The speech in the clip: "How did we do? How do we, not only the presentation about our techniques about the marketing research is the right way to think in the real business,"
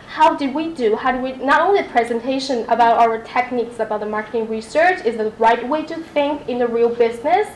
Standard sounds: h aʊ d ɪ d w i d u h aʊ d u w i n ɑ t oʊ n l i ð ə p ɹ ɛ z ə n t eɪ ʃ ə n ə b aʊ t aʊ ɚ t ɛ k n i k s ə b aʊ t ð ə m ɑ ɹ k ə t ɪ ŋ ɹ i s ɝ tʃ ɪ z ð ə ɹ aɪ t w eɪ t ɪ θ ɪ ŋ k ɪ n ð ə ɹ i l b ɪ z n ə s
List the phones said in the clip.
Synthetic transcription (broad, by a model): h aʊ d ɪ d w i d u h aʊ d w i n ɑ t oʊ n l i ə p ɹ ɛ z ə n t eɪ ʃ ə n ə b aʊ t aʊ ɚ t ɛ k n i k s ə b aʊ t ð ə m ɑ ɹ k ə t ɪ ŋ ɹ i s ɝ tʃ ɪ z ð ə ɹ aɪ t w eɪ t ɪ θ ɪ ŋ k ɪ n ð ə ɹ i l b ɪ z n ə s